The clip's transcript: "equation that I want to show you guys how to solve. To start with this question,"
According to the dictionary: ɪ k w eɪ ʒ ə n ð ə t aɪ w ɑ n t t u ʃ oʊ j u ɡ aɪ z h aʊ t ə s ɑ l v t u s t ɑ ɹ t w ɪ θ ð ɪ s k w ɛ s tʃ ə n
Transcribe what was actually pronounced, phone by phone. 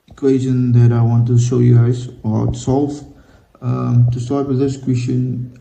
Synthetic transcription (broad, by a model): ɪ k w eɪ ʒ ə n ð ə t aɪ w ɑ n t t u ʃ oʊ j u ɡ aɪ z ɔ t s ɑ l f t u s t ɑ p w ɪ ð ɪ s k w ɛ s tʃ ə n